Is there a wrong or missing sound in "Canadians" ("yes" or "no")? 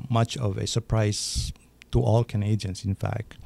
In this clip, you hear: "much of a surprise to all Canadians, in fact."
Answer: yes